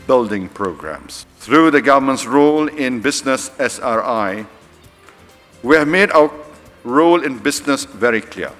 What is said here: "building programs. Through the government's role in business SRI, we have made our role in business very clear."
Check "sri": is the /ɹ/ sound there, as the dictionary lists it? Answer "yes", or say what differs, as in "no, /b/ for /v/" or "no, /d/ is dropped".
yes